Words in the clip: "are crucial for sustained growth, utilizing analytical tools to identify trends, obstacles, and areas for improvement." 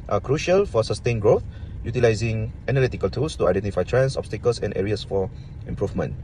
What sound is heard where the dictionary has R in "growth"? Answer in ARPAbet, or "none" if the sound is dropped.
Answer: R